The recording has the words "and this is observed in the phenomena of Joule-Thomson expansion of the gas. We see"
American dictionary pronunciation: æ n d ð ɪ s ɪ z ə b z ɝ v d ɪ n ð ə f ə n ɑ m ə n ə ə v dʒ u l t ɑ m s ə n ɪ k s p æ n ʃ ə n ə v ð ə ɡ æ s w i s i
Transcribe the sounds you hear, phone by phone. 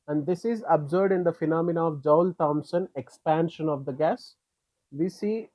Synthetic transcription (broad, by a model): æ n d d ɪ s ɪ z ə b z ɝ d ɪ n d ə f ə n ɑ m ə n ə ə v dʒ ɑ l t ɑ m s ə n ɪ k s p æ n ʃ ə n ə v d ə ɡ æ s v i s i